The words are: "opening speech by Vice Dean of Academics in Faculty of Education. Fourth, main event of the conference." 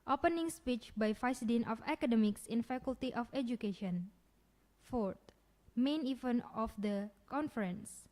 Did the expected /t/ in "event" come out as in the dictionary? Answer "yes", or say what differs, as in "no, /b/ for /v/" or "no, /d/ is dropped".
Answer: no, /t/ is dropped